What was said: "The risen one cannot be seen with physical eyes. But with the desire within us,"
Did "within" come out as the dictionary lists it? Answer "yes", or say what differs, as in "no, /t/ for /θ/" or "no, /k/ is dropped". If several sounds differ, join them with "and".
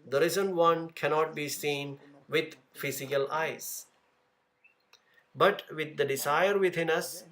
no, /t/ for /θ/